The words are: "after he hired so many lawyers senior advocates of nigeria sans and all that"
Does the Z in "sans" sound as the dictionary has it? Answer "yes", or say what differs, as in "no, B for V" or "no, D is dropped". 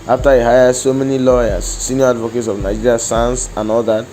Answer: no, S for Z